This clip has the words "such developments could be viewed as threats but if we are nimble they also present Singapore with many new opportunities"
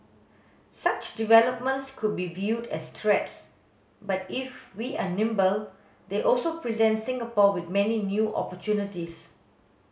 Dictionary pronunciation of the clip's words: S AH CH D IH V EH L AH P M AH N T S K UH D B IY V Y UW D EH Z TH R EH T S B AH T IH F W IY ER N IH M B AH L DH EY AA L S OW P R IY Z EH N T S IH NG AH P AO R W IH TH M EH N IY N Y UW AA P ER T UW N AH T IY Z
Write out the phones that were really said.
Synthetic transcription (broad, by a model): S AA CH D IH V EH L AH P M AH N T S K UH D B IY V Y UW D EH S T R EH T S B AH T IH F W IY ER N IH M B AH L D EY AA L S OW P R IY Z EH N T S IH NG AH P AO W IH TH M EH N IY N Y UW AA P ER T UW N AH T IY S